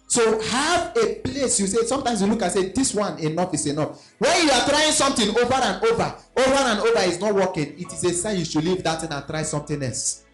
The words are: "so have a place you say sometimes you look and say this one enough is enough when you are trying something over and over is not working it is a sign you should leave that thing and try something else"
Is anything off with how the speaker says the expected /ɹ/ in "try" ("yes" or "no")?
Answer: no